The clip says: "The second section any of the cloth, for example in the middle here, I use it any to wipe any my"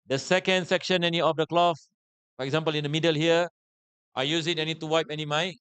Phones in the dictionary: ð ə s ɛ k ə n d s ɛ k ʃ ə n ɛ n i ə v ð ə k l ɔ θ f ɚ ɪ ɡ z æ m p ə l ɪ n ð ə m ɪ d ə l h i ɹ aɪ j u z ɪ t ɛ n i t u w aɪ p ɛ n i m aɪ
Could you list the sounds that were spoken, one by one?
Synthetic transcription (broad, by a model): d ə s ɛ k ə n d s ɛ k ʃ ə n ɛ n i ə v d ə k l ɔ f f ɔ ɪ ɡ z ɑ m p ə l ɪ n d ə m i d ə l h i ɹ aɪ j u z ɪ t ɛ n i t u w aɪ p ɛ n i m aɪ